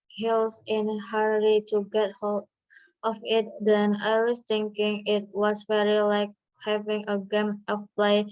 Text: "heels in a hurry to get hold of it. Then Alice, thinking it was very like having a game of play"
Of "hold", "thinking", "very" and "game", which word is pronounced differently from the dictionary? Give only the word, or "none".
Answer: thinking